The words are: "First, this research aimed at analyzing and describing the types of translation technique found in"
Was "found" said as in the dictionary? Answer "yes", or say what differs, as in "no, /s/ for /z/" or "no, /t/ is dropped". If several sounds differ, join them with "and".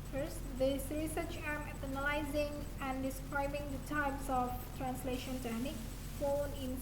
no, /d/ is dropped